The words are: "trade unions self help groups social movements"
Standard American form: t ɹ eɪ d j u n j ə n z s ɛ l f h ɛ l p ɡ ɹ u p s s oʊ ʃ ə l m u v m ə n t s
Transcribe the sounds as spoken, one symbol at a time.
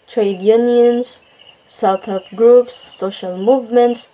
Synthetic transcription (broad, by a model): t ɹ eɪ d j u n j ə n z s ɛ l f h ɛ p ɡ ɹ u p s s oʊ ʃ ə l m u v m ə n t s